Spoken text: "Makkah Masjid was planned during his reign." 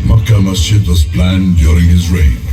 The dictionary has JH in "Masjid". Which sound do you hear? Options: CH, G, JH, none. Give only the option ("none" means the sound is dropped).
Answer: none